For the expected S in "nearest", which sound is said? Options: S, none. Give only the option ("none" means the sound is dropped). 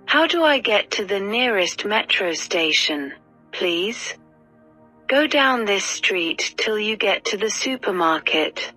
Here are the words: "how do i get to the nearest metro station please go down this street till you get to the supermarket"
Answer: S